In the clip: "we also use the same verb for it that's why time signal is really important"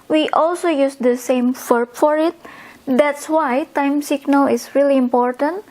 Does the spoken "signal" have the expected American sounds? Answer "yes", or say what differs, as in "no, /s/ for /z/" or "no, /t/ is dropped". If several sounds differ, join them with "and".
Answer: yes